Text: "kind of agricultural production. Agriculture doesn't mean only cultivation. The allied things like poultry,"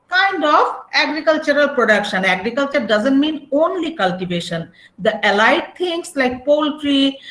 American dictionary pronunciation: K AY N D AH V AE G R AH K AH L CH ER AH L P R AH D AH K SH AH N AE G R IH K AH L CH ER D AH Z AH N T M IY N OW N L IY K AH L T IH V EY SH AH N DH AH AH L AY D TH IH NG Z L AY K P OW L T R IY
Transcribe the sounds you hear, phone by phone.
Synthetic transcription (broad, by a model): K AY N D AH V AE G R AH K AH L CH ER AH L P R AH D AH K SH AH N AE G R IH K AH L CH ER D AH Z AH N T M IY N OW N L IY K AH L T IH V EY SH AH N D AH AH L AY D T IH NG S L AY K P OW L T R IY